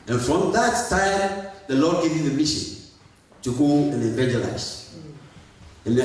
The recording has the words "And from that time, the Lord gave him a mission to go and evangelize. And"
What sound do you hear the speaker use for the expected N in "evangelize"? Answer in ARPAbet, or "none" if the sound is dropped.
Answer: none